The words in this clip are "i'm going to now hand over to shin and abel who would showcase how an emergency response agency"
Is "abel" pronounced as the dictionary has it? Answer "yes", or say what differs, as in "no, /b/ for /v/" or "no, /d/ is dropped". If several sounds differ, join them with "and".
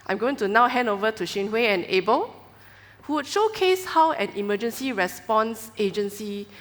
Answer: yes